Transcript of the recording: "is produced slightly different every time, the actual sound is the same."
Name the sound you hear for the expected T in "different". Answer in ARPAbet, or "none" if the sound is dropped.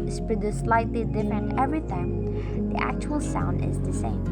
none